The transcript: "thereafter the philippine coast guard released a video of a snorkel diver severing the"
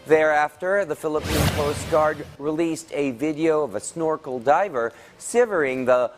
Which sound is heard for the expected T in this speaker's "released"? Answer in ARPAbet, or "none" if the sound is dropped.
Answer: T